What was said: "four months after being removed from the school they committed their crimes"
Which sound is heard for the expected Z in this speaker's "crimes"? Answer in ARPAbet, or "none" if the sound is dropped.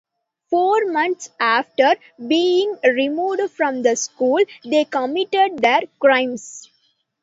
S